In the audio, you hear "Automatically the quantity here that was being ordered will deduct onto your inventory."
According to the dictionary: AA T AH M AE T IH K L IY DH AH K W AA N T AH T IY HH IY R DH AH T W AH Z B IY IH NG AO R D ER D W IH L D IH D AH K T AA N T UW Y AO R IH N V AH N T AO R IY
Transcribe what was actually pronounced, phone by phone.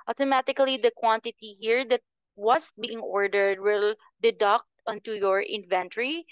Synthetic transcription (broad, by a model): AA T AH M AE T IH K L IY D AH K W AA N T AH T IY HH IY R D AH T W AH S B IY IH NG AO R D ER D W IH L D IH D AH K T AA N T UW Y AO R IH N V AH N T R IY